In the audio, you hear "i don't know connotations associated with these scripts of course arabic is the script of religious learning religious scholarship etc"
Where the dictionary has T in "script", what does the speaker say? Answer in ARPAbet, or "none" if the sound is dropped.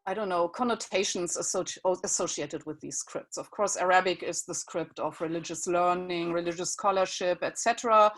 T